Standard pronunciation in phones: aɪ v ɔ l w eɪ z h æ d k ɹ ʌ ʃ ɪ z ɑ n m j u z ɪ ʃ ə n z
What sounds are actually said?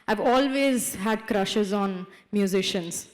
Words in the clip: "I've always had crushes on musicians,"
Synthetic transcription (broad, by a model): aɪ v ɔ l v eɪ z h æ d k ɹ ʌ ʃ ɪ z ɑ n m j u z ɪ ʃ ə n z